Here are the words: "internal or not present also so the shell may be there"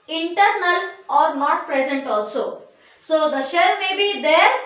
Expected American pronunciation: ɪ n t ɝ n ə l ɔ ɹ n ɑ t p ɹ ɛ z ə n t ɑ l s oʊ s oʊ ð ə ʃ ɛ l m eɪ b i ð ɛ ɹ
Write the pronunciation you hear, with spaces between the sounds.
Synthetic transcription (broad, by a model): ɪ n t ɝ n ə l ɔ ɹ n ɑ t p ɹ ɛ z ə n t ɑ l s oʊ s oʊ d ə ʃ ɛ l m eɪ b i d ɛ ɹ